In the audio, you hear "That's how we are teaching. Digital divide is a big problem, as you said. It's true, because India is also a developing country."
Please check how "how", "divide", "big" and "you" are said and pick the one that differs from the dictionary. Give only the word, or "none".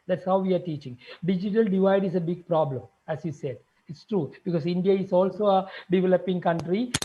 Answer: none